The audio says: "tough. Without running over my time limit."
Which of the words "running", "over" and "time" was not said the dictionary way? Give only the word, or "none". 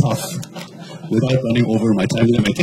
none